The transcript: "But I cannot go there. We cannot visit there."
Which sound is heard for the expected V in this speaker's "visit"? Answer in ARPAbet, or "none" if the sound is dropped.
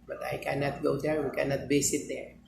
B